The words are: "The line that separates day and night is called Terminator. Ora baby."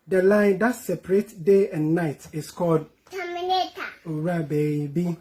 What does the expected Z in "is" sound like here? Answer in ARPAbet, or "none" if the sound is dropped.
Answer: S